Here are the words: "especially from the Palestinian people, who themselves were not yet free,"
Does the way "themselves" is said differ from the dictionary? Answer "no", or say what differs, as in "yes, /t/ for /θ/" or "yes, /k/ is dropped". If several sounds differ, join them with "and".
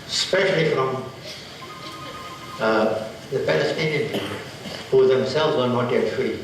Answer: no